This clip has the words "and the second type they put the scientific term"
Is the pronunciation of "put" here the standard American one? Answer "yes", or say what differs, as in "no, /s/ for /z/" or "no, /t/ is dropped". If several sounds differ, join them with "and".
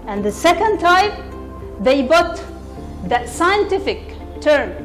no, /b/ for /p/